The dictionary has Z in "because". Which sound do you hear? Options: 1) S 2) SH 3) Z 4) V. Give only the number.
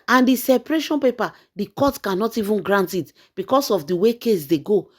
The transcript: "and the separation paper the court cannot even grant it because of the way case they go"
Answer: 1